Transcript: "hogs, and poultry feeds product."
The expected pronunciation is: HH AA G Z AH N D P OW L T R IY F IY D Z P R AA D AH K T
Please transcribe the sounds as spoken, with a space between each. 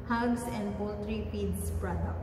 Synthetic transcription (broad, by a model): HH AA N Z AH N D B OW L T R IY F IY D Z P R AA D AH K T